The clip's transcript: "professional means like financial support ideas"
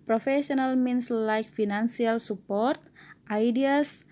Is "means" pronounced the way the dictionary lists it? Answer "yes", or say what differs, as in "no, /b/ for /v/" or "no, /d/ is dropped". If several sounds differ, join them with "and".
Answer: no, /s/ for /z/